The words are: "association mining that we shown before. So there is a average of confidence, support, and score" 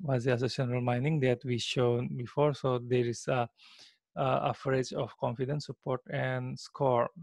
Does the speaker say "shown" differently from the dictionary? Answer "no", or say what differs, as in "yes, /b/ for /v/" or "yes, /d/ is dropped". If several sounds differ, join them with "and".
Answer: no